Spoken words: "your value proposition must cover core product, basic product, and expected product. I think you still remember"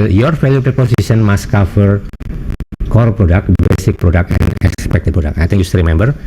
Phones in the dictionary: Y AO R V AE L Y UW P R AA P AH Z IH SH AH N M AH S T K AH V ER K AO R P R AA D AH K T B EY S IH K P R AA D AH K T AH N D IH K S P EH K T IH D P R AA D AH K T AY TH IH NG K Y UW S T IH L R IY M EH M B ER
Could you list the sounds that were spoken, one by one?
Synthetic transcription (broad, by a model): Y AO R F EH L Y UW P R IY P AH S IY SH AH N M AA S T K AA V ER K AO R P R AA D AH K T B EY S IH K P R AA D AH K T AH N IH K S P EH K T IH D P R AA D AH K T AY T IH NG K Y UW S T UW R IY M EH M B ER